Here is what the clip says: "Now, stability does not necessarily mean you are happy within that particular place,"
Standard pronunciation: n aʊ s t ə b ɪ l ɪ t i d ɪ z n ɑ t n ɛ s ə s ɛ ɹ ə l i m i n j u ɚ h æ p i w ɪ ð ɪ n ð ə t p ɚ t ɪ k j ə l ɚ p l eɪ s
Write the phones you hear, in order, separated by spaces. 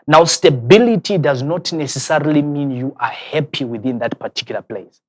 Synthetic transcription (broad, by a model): n aʊ s t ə b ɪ l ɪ t i d ɪ z n ɑ t n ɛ s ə s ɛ ɹ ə l i m i n j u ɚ h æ p i w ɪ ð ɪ n ð ə t p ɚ t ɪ k j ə l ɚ p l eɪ s